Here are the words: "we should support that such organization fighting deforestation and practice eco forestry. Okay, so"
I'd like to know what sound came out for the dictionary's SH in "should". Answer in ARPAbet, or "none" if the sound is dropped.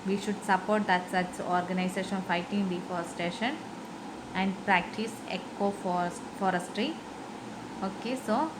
SH